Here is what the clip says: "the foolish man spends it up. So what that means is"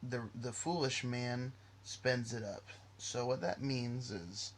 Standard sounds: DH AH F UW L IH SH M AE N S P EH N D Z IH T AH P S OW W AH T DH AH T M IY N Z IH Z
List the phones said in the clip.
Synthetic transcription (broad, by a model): DH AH F UW L IH SH M AE N S P EH N D Z IH T AH P S OW W AH T DH AH T M IY N Z IH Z